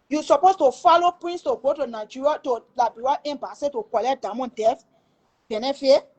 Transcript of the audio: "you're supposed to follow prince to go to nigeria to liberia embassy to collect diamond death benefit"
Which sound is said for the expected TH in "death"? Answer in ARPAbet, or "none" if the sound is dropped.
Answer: F